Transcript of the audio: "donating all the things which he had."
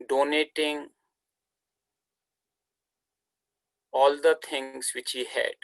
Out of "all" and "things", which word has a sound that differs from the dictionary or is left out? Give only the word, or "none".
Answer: things